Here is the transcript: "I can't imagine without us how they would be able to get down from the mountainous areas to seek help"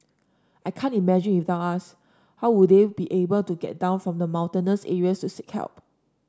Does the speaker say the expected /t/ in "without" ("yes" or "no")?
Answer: no